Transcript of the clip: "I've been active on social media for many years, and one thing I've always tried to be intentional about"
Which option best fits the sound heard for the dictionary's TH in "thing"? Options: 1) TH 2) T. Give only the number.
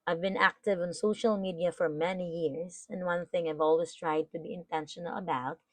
1